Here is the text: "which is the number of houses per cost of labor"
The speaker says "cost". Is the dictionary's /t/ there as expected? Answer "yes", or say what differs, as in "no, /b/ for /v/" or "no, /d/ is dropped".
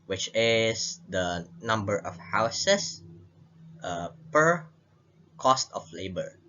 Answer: yes